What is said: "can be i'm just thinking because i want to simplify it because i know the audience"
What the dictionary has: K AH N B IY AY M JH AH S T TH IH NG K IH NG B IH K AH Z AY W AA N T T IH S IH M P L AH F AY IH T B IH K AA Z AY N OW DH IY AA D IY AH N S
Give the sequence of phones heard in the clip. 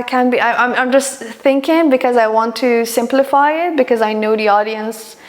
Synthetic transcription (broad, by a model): K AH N B IY AY M JH AH S T TH IH NG K IH NG B IH K AH Z AY W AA N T T IH S IH M P L AH F AY IH T B IH K AA Z AY N OW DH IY AA D IY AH N S